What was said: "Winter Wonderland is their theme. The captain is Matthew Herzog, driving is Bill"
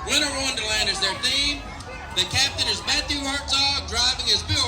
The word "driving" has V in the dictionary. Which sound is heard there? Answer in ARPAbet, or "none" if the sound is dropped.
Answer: V